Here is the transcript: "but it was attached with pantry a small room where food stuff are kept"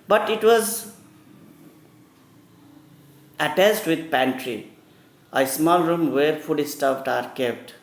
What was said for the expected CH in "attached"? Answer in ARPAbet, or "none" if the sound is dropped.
S